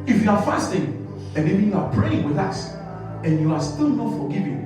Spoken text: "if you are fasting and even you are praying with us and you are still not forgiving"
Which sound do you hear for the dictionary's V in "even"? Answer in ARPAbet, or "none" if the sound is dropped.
B